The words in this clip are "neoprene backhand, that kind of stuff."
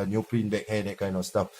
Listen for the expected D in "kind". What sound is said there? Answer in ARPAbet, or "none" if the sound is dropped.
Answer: none